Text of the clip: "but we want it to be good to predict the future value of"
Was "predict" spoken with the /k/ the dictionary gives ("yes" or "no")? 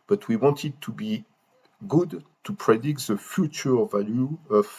yes